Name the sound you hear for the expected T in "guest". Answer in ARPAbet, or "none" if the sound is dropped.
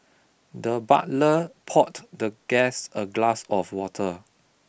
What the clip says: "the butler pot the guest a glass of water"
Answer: none